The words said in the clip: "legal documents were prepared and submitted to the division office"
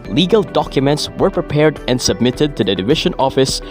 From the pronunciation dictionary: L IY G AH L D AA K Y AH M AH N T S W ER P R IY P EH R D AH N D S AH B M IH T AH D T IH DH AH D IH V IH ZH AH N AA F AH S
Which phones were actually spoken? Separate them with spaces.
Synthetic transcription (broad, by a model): L IY G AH L D AA K Y AH M AH N T S W ER P R IY P EH R D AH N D S AH B M IH T AH D T IH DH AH D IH V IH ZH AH N AA F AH S